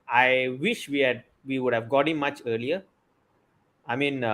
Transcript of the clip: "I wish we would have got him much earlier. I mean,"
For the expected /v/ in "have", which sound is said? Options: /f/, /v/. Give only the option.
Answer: /v/